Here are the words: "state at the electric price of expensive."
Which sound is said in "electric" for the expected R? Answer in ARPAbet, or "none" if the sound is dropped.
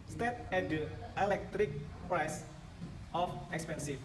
R